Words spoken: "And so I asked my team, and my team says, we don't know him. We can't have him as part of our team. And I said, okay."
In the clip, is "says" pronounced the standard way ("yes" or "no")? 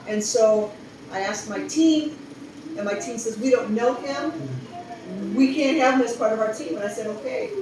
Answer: yes